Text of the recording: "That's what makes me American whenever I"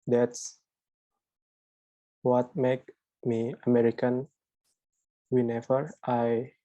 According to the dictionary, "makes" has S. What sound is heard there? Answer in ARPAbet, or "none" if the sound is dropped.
none